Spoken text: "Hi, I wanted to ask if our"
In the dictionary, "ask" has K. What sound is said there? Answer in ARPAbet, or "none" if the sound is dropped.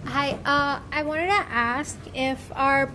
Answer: K